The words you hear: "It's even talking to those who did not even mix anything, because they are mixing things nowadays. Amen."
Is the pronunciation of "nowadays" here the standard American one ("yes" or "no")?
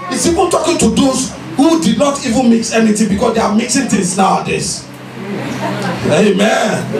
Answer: no